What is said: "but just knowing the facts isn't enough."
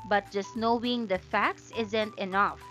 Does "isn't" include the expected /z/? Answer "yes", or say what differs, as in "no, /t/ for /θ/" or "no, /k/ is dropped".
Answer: yes